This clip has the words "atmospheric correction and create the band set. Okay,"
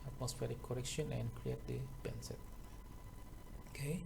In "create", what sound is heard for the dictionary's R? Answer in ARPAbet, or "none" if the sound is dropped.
R